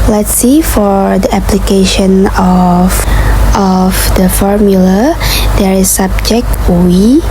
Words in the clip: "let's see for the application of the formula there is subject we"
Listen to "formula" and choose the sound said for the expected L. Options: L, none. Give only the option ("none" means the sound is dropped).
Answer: L